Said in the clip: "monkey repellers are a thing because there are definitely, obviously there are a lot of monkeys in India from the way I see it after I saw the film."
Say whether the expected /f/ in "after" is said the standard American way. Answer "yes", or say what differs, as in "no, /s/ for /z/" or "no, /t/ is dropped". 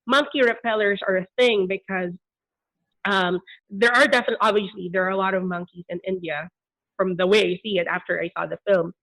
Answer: yes